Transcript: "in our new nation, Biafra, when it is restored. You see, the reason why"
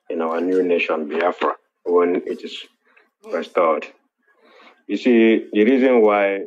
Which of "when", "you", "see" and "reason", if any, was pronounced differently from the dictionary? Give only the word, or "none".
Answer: none